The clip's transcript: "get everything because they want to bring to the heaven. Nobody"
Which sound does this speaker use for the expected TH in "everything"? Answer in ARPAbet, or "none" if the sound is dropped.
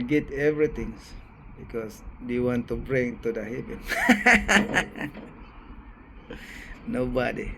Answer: T